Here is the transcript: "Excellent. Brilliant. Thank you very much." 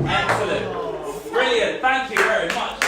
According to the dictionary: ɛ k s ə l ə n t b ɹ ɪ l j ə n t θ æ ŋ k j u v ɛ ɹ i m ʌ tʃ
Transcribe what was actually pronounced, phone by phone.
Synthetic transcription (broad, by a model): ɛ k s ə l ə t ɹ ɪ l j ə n θ æ ŋ k j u v ɛ ɹ i m ʌ tʃ